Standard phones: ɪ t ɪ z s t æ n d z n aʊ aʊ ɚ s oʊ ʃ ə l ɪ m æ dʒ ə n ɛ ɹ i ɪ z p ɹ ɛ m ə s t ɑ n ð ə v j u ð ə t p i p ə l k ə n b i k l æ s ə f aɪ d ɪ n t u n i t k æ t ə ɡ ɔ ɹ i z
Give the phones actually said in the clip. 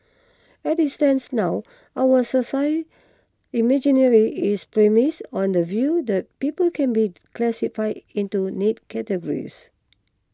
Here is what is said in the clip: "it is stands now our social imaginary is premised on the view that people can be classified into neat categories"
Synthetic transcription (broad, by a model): ɪ t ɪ s t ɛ n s n aʊ aʊ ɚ s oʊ s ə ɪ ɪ m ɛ dʒ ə n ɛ ɹ i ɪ s p ɹ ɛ m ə s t ɑ n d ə v j u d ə t p i p ə l k ə n b i k l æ s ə f aɪ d ɪ n t u n i t k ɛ t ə ɡ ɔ ɹ i s